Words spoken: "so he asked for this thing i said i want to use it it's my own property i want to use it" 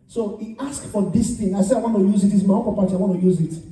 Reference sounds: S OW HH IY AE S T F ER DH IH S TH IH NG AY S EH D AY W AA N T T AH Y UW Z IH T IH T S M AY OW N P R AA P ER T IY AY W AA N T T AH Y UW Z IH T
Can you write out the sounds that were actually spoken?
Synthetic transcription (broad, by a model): S OW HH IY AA S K F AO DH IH S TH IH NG AY S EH AY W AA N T T AH Y UW Z IH T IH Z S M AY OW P AA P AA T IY AY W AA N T T AH Y UW Z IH T